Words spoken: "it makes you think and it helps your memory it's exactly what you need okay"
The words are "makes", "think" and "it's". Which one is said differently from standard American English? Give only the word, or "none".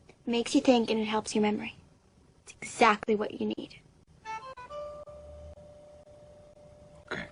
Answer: none